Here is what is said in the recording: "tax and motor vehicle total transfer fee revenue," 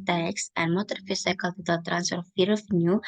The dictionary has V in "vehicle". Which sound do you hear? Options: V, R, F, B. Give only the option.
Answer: F